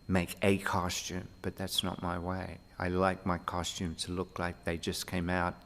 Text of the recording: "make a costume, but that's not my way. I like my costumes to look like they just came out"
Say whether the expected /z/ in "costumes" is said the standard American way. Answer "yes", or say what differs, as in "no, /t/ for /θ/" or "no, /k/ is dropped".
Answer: no, /z/ is dropped